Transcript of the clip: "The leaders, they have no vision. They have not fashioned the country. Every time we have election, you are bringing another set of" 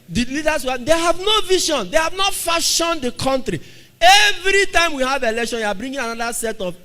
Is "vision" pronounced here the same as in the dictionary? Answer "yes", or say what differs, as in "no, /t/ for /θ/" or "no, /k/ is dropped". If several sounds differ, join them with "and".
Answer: no, /ʃ/ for /ʒ/